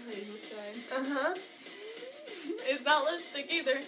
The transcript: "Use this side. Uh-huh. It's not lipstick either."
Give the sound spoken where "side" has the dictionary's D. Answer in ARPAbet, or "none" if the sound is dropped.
none